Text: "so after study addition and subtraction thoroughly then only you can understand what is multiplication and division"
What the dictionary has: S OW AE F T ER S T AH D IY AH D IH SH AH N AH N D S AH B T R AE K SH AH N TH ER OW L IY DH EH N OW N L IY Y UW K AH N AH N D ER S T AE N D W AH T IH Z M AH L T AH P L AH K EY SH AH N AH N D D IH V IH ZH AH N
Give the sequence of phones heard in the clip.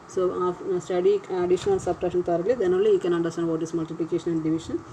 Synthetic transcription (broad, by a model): S OW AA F S T AH D IY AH D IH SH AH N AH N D S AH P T R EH SH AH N T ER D L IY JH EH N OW L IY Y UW K AH N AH N D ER S T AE N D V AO T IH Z M AH L T AH P L AH K EY SH AH N AH N D D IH V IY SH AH N